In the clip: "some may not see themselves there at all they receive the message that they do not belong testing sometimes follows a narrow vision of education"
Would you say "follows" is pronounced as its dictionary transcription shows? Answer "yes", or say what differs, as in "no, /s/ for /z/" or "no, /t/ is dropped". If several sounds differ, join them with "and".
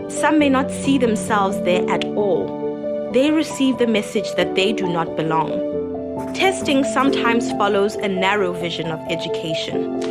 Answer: yes